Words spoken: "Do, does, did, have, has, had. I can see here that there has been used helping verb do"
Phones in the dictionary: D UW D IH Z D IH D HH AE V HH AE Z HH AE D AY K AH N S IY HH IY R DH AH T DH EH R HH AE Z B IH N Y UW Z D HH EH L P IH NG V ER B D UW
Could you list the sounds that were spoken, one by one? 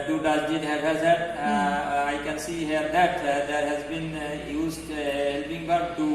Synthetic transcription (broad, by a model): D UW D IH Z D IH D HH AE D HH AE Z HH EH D AY K AH N S IY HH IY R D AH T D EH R HH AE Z B IH N Y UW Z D HH EH L P IH NG B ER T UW